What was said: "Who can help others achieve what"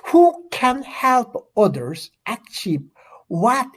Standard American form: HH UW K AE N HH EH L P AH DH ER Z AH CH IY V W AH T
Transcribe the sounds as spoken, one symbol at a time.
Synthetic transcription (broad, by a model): HH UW K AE N HH EH L P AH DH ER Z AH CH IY P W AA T